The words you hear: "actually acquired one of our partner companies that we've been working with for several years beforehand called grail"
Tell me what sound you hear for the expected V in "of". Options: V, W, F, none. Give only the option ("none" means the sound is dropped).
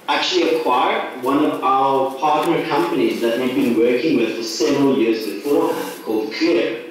V